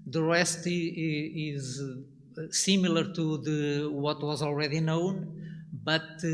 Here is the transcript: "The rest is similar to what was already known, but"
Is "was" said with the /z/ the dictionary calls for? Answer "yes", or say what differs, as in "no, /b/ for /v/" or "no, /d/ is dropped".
yes